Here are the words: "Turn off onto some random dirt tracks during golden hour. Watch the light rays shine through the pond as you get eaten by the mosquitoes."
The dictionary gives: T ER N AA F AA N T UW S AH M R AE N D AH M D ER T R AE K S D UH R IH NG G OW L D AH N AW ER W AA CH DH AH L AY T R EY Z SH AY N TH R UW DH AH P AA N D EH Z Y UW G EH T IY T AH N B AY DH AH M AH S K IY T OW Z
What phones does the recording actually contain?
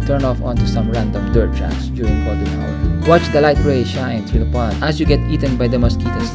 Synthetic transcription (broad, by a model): T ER N AA F AA N T UW S AH M R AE N D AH M D ER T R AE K S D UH R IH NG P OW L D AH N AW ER W AA CH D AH L AY T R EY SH AY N T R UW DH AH P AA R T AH S Y UW G EH T IY T AH N B AY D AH M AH S K IY T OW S